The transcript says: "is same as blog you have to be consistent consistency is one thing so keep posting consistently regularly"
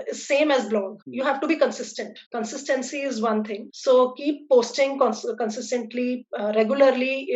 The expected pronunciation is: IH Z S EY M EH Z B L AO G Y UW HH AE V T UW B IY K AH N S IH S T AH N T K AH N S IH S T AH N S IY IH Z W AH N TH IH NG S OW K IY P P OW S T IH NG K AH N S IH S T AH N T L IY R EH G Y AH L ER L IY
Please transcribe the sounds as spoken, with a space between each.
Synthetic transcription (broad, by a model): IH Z S EY M EH Z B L AO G Y UW HH AE V T UW B IY K AH N S IH S T AH N T K AH N S IH S T AH N S IY IH Z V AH N T IH NG S OW K IY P P OW S T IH NG K AH N S IH S T AH N T L IY R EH G Y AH L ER L IY